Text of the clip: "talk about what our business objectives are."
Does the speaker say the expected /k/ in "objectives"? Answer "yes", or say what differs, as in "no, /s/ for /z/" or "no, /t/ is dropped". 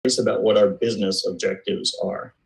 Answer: yes